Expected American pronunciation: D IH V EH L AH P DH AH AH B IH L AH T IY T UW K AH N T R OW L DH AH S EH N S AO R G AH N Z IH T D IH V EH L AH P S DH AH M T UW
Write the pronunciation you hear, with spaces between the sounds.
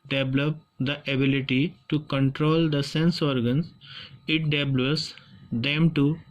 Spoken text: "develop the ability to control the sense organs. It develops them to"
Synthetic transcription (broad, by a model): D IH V L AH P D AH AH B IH L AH T IY T UW K AH N T R OW L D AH S EH N S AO R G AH N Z IH T D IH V L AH S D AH M T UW